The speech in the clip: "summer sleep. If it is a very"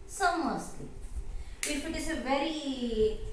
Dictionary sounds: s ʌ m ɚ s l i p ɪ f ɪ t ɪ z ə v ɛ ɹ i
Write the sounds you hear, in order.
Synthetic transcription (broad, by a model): s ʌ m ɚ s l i ɪ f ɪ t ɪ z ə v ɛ ɹ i